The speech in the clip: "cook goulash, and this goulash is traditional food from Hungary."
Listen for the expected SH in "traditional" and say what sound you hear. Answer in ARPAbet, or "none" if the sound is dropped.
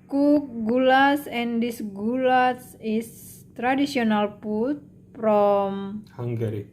S